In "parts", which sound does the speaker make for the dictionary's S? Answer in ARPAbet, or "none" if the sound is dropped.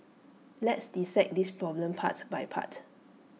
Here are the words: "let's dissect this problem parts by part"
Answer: none